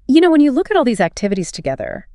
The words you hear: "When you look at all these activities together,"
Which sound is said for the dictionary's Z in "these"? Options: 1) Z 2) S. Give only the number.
1